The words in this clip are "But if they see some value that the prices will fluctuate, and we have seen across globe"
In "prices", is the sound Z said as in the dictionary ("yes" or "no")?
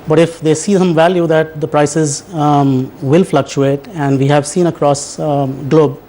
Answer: yes